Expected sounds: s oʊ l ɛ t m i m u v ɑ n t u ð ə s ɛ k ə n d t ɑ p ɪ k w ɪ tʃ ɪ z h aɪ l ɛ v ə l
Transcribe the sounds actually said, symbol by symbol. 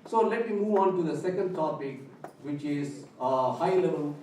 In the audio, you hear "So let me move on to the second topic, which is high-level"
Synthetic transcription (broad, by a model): s oʊ l ɛ t m i m u v ɑ n t u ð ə s ɛ k ə n d t ɑ p ɪ k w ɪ tʃ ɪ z h aɪ l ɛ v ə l